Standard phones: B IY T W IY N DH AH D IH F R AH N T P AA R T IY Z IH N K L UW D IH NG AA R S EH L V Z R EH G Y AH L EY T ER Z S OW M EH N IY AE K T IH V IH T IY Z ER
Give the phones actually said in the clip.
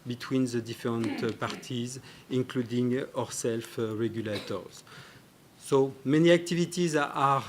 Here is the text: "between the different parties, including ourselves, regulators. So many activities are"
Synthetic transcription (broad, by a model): B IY T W IY N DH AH D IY F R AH N T P AA R T IY Z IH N K L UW D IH NG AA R S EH L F R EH G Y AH L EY T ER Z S OW M EH N IY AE K T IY V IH T IY Z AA